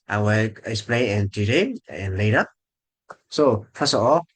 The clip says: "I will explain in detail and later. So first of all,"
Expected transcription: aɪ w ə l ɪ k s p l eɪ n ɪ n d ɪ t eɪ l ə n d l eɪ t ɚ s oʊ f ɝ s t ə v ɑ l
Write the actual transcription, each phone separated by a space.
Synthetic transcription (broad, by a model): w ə w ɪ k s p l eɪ ɪ n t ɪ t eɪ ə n l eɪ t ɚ s oʊ f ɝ s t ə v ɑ l